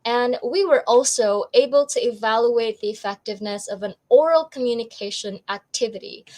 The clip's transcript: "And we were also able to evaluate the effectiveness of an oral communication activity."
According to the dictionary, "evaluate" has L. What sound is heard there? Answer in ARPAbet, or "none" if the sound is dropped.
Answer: L